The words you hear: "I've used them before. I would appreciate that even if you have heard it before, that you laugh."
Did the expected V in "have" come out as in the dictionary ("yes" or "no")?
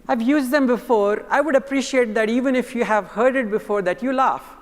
yes